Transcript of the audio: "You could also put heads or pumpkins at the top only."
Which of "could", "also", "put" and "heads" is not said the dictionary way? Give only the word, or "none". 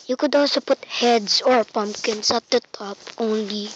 heads